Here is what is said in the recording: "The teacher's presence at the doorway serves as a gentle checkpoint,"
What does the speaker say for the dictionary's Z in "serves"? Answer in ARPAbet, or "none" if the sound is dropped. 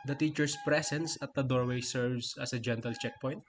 S